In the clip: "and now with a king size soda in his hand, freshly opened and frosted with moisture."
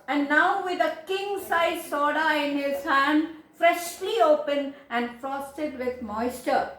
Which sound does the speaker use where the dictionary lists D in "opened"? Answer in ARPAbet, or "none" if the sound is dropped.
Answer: none